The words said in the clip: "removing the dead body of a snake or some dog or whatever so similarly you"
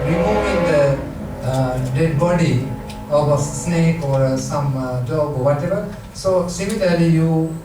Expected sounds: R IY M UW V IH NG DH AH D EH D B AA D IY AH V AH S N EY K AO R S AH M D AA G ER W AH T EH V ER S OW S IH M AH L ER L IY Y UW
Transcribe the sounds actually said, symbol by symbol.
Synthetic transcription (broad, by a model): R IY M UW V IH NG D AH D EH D B AA D IY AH B AH S N EY K AO R S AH M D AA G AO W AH T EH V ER S OW S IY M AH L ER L IY Y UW